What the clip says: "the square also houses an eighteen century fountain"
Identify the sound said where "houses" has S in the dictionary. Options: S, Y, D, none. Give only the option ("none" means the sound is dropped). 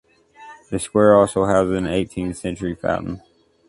none